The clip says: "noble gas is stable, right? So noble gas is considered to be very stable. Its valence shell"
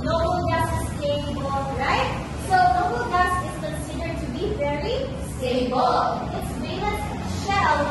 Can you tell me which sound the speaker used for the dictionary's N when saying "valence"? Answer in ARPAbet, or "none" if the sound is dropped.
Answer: none